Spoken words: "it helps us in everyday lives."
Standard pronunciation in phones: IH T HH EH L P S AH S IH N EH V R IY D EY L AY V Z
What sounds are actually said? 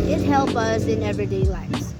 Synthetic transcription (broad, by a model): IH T HH EH L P AH S IH N EH V R IY D EY L AY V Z